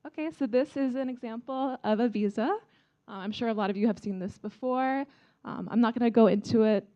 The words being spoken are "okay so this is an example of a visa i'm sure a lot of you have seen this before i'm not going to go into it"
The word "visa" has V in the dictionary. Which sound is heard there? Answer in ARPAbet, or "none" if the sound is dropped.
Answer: V